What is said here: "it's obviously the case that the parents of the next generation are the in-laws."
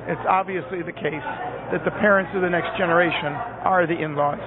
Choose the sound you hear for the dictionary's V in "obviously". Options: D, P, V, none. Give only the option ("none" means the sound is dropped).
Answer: V